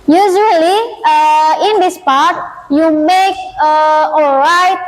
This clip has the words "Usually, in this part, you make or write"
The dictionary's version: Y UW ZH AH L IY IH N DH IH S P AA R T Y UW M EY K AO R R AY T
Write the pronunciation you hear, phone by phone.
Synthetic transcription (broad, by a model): Y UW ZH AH L IY IH N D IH S P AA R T Y UW M EY K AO L R AY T